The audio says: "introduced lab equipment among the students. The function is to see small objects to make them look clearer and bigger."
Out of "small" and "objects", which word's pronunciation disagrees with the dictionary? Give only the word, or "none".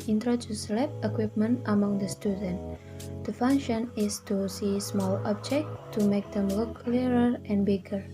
objects